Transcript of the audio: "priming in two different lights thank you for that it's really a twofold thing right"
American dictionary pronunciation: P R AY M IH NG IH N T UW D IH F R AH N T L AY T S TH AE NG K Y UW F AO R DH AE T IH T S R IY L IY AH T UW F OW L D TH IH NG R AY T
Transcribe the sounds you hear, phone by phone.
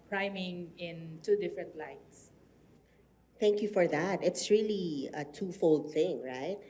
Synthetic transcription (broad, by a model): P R AY M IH NG IH N T UW D IH F R AH N T L AY T S TH AE NG K Y UW F AO R DH AE T IH T S R IY L IY AH T UW F OW L D TH IH NG R AY T